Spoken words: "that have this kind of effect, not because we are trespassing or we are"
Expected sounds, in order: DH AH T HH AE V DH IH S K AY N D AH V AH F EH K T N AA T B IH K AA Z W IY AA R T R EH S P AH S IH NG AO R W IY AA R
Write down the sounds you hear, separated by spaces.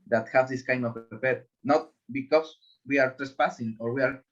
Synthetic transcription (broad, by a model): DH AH T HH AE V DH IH S K AY N D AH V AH P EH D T N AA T B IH K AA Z W IY AA R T R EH S P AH S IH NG AO R W IY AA R